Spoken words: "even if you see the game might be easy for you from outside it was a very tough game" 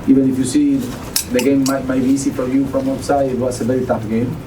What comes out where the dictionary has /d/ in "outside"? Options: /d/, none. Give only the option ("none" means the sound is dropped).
none